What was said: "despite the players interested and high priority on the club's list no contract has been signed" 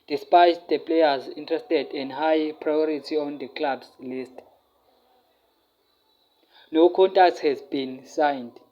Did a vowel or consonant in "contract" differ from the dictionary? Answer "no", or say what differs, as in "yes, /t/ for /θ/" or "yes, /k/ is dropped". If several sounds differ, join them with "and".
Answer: yes, /ɹ/ is dropped